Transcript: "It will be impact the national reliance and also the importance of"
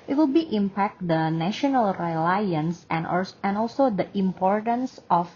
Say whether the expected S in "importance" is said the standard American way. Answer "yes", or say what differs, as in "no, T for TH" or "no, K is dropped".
yes